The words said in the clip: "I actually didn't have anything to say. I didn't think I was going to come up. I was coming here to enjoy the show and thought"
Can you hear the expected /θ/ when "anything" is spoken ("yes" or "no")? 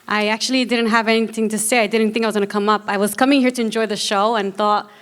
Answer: yes